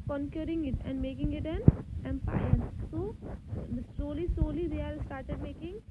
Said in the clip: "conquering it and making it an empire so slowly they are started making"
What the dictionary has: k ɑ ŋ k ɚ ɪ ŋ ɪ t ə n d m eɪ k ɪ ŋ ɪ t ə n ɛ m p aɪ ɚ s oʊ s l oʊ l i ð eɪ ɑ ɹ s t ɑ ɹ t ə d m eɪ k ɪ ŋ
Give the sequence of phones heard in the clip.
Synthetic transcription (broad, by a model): k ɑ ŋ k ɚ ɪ ŋ ɪ t ə n d m eɪ k ɪ ŋ ɪ t ə n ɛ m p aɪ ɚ s oʊ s l oʊ l i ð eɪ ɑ l s t ɑ ɹ t ə d m eɪ k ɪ ŋ